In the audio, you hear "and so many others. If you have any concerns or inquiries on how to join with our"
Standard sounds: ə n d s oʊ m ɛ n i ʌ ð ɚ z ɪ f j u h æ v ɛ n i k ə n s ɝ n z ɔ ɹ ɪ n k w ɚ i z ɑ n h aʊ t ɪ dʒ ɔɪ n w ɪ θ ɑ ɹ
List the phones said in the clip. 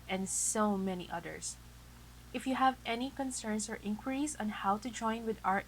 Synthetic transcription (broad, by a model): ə n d s oʊ m ɛ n i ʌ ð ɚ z ɪ f j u h æ v ɛ n i k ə n s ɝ n s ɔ ɹ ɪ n k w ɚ i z ɑ n h aʊ t ɪ dʒ ɔɪ n w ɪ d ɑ ɹ